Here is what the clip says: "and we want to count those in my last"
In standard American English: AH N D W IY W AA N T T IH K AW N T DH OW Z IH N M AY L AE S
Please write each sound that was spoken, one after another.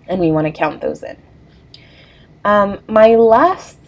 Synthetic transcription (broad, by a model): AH N W IY W AA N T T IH K AW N DH OW Z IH N M AY L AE S